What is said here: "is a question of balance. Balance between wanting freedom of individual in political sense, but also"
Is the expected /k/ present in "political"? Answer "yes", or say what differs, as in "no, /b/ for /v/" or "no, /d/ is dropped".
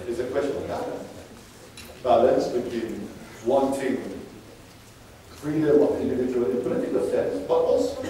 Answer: no, /k/ is dropped